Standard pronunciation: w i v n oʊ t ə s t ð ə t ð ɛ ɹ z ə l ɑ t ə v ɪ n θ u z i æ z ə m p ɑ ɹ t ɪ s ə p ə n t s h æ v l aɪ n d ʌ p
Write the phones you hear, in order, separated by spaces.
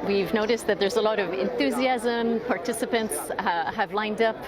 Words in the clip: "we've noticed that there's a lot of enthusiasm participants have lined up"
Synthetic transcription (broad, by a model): w i v n oʊ t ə s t ð ə t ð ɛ ɹ z ə l ɑ t ə v ɪ n θ u z i æ z ə m p ɑ ɹ t ɪ s ə p ə n t s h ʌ v l aɪ n d ʌ p